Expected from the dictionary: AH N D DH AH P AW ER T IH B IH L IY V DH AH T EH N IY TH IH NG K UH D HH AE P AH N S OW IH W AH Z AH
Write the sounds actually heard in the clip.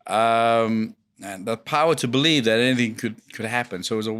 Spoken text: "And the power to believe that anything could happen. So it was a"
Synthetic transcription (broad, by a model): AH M DH AH P AW ER T IH B IH L IY V DH AH T EH N IY TH IH NG K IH D HH AE P AH N S OW IH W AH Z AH